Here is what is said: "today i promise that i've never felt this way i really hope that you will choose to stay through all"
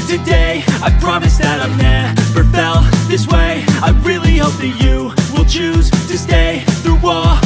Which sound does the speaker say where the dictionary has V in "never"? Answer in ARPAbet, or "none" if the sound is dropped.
F